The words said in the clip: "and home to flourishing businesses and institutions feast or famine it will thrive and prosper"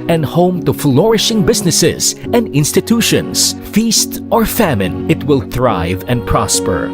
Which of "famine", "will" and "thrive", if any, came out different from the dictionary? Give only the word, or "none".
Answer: none